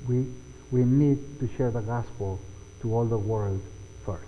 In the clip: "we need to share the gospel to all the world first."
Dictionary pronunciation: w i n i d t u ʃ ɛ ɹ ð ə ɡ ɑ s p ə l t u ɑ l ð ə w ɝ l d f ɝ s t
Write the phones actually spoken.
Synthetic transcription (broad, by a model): w i n i d t u ʃ ɛ ɹ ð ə ɡ ɑ s p ə l t u ɑ l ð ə w ɝ l d f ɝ s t